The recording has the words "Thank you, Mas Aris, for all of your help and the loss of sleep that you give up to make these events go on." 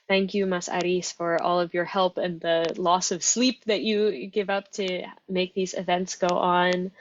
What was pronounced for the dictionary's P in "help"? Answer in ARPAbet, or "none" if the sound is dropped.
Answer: P